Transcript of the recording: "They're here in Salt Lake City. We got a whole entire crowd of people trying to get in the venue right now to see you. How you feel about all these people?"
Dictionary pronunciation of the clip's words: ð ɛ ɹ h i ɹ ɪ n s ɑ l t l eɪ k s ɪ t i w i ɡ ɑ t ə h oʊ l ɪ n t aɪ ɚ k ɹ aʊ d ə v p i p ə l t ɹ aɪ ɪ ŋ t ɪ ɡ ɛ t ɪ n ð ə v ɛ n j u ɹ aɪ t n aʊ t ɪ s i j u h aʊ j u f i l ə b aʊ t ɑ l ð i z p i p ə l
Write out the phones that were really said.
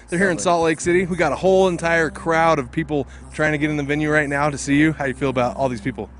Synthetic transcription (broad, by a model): ð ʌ ɹ h i ɹ ɪ n s ɑ t l eɪ k s ɪ t i w i ɡ ɑ t ə h oʊ l ɪ n t aɪ ɚ k ɹ aʊ d ə v p i p l t ɹ aɪ ɪ ŋ t ɪ ɡ ɛ t ɪ n ð ə v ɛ n j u ɹ aɪ t n aʊ t ɪ s i j u h aʊ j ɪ f i l ə b aʊ t ɑ l ð i z p i p l